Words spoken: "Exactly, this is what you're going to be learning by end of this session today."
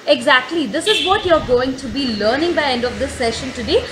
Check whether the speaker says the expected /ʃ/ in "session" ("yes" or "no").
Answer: yes